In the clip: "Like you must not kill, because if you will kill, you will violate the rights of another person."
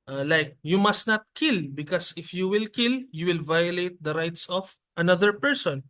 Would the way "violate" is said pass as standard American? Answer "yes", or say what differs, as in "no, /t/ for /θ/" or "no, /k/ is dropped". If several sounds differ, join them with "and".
yes